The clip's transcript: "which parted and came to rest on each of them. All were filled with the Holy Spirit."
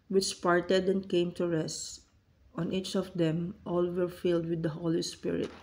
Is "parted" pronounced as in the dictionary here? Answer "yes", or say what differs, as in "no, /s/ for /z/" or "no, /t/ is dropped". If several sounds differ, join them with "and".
yes